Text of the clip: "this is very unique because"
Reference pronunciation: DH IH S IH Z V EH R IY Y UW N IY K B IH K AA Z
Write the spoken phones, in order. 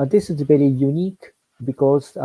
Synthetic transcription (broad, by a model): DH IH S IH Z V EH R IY Y UW N IY K B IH K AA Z